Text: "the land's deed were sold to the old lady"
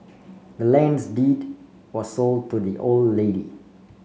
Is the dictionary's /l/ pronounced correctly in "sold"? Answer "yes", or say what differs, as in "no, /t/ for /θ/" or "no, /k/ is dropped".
yes